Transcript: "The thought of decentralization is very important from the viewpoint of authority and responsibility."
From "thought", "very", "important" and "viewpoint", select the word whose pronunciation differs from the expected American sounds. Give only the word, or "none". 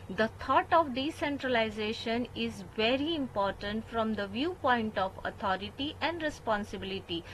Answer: thought